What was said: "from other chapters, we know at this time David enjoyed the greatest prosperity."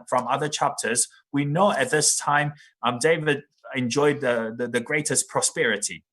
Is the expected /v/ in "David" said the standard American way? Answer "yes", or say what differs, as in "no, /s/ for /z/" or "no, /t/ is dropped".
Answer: yes